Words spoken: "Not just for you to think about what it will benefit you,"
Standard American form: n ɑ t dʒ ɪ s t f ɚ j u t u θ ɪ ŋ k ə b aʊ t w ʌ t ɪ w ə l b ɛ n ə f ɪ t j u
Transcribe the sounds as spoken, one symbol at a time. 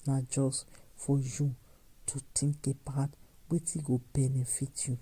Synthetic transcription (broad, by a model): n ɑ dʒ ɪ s f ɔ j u t u t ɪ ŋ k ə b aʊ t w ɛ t ɪ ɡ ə b ɛ n ə f ɪ t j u